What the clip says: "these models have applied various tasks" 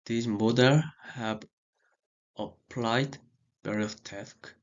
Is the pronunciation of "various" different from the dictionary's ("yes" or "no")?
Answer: yes